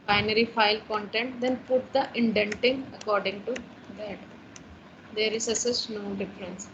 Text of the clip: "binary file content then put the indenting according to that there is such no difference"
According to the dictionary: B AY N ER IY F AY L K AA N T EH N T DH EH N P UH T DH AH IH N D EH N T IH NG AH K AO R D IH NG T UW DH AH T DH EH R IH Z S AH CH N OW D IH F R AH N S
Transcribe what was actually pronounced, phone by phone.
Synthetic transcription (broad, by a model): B AY N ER IY F AY L K AA N T EH N T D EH N P UH T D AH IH N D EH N T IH NG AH K AO R D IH NG T UW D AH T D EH R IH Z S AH S N OW D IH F R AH N S